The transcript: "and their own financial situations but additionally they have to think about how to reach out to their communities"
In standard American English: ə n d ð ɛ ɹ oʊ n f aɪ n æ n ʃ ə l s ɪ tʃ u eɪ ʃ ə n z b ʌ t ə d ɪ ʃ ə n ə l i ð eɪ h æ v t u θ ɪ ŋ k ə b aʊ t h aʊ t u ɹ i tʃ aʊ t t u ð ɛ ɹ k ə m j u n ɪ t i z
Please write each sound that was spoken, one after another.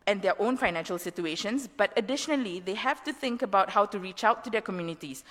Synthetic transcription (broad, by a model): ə n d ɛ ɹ oʊ n f aɪ n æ n ʃ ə l s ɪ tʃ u eɪ ʃ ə n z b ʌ t ə d ɪ ʃ ə n ə l i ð eɪ h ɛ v t u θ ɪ ŋ k ə b aʊ t h aʊ t u ɹ i tʃ aʊ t t u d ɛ k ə m j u n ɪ t i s